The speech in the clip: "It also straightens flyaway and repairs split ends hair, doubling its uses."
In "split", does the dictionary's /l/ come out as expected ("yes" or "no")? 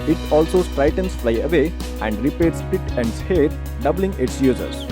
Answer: no